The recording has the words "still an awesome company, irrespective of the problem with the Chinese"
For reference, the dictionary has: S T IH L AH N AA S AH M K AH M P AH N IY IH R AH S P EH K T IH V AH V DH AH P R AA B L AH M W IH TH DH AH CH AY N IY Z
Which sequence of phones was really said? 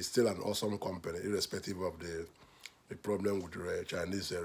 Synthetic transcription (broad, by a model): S T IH L AH N AA S AH M K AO M P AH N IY IH R AH S P EH K T IH V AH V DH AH P R AA B L AH M W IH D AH CH AY N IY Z